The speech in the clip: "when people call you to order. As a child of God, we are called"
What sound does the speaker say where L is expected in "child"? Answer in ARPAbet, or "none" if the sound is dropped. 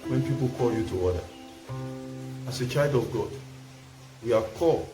none